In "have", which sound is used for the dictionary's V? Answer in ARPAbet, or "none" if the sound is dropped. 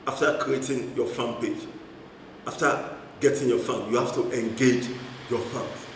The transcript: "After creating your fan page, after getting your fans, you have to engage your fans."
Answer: F